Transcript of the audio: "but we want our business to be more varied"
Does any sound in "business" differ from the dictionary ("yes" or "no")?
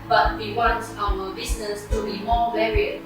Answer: yes